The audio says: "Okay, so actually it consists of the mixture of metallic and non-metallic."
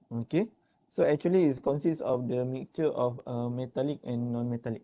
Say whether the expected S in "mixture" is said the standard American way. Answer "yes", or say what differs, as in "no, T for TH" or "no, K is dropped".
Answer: no, S is dropped